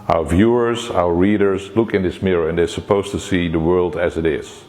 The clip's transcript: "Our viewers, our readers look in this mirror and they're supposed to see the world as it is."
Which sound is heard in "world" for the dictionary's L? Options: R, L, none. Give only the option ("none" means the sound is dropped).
L